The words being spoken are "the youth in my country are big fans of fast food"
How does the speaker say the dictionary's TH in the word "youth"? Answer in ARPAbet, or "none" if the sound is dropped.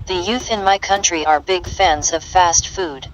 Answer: TH